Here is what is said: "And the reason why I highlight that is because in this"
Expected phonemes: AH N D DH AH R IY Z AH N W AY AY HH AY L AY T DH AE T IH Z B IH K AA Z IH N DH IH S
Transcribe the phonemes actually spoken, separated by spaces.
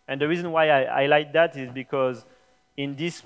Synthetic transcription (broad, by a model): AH N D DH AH R IY Z AH N W AY AY AY L AY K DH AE T IH Z B IH K AA Z IH N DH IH S